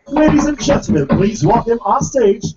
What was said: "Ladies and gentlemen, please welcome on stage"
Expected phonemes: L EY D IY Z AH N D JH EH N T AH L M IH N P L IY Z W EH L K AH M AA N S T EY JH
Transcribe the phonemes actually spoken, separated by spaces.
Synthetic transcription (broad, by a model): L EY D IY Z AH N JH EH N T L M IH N P L IY Z W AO K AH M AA S T EY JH